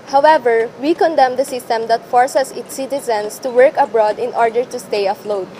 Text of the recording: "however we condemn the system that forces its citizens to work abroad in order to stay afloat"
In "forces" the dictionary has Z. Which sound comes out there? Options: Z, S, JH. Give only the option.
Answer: S